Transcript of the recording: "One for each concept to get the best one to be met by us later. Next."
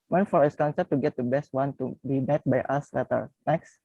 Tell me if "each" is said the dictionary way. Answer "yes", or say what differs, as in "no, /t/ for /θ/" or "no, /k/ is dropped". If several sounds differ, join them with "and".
no, /s/ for /tʃ/